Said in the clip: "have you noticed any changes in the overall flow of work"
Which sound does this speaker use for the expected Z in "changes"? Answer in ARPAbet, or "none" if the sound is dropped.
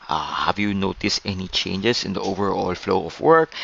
S